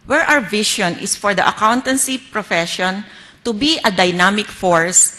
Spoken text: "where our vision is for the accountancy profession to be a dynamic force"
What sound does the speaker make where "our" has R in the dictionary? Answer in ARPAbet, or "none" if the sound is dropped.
W